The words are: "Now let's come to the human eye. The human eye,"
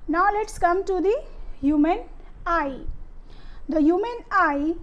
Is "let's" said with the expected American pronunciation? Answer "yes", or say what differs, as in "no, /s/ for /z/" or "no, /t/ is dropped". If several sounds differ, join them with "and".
yes